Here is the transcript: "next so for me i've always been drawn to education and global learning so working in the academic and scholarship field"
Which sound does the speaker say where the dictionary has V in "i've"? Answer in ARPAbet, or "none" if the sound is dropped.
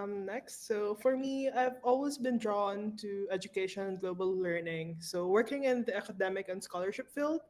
V